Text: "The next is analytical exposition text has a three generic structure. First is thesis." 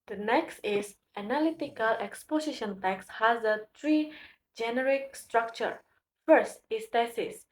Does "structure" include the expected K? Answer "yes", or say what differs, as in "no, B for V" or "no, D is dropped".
yes